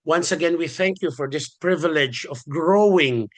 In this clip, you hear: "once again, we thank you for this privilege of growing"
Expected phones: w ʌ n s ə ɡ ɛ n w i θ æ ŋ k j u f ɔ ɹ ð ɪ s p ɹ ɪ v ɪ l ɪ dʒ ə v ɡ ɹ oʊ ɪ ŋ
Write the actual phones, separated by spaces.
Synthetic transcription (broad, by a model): w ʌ n s ə ɡ ɛ n w i θ æ ŋ k j u f ɔ ɹ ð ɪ s p ɹ ɪ v ɪ l ɪ dʒ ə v ɡ ɹ oʊ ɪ ŋ